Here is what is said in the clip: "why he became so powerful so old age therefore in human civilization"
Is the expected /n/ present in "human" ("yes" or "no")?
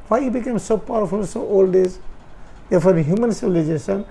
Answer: yes